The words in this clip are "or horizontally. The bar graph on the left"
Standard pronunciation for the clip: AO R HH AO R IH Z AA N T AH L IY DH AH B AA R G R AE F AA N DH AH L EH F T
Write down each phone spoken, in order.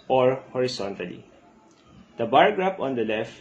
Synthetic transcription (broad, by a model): AO R HH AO R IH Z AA N T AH L IY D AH B AA R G R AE P AA N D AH L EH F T